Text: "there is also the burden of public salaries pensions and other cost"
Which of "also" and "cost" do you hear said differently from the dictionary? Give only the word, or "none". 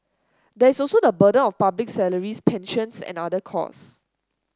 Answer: cost